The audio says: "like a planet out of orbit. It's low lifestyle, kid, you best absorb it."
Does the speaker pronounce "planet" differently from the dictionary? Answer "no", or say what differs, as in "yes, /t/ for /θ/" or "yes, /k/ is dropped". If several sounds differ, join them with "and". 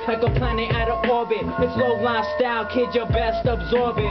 yes, /t/ is dropped